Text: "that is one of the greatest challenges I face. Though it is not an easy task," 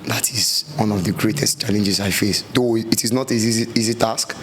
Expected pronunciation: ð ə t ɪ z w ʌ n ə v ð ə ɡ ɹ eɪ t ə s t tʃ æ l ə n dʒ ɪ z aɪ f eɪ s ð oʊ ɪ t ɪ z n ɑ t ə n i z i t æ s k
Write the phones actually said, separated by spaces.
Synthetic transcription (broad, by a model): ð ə t ɪ z w ʌ n ə v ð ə ɡ ɹ eɪ t ə s t tʃ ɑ l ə n dʒ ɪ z aɪ f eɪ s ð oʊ ɪ t ɪ z n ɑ t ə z i z i t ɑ s k